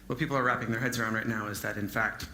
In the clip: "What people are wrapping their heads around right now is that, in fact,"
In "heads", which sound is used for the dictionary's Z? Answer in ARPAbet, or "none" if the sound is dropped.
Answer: Z